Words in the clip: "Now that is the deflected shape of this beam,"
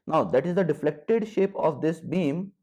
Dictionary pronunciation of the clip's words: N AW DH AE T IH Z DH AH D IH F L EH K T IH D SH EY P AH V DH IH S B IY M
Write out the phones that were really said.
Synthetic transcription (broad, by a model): N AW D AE T IH Z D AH D IH F L EH K T IH D SH EY P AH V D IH S B IY M